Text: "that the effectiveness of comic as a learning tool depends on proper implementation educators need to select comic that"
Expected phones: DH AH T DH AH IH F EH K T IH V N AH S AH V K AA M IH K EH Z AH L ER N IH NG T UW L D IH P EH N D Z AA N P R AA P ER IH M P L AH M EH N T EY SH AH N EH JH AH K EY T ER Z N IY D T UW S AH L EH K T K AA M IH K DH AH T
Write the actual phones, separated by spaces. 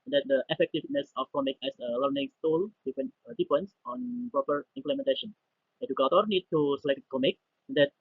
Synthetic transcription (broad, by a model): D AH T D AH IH F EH K T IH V N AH S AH F K AA M IH K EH S AH L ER N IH NG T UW L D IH F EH N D S AA N P R AA P ER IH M P L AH M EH N T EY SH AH N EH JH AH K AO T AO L N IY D T UW S AH L EH K T K AA M IH K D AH T